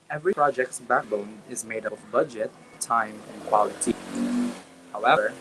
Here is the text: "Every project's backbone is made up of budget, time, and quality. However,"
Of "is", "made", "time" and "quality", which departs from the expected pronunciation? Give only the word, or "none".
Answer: none